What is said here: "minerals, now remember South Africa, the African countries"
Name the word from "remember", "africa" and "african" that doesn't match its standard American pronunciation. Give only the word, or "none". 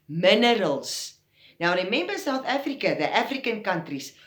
remember